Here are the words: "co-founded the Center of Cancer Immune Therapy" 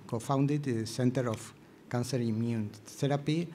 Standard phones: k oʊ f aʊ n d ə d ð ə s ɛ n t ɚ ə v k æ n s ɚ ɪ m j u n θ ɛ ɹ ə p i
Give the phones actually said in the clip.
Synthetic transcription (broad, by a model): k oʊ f aʊ n d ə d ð s ɛ n t ɚ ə f k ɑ n s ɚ ɪ m j u n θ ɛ ɹ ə p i